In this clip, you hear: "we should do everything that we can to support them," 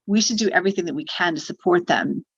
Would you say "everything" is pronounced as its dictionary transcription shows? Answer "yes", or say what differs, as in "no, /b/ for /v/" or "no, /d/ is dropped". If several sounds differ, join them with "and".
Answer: yes